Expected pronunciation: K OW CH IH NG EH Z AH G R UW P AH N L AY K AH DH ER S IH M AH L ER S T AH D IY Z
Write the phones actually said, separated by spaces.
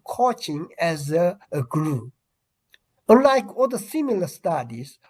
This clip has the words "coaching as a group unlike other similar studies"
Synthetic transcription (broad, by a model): K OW CH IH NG EH Z AH G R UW AH N L AY K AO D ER S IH M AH L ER S T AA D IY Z